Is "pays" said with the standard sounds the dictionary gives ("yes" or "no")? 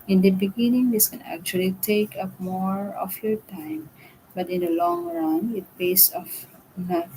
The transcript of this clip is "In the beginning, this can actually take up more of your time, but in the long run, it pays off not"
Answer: no